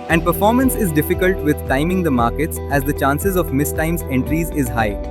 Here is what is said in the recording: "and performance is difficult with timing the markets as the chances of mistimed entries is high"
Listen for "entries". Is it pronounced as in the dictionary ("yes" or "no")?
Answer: yes